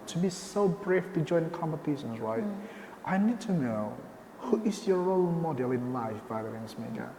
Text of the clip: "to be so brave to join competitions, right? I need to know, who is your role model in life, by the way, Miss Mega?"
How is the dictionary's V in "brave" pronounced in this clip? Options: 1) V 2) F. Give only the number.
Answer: 2